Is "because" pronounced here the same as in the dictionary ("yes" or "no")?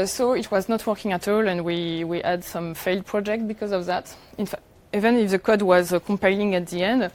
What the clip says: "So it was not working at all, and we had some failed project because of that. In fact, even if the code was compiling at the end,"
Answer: yes